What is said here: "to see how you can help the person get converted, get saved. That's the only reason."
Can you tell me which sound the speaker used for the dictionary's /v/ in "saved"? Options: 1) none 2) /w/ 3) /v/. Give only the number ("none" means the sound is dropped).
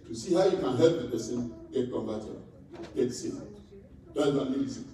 1